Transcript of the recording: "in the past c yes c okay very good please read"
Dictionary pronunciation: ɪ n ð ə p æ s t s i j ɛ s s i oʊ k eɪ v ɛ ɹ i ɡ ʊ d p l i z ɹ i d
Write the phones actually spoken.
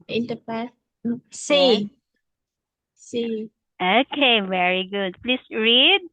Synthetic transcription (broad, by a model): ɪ n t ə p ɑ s s i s s i oʊ k eɪ v ɛ ɹ i ɡ ʊ d p l i s ɹ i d